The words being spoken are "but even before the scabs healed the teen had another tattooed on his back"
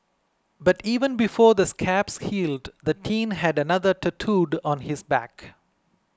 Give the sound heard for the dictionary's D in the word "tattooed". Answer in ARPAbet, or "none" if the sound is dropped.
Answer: D